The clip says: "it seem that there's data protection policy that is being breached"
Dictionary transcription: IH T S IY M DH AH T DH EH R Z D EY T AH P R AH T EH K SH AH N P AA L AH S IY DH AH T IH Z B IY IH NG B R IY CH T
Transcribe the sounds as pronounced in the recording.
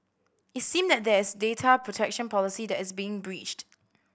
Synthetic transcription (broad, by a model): IH T S IY M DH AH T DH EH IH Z D EY T AH P R AH T EH K SH AH N P AA L AH S IY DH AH T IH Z B IY IH NG B R IY CH T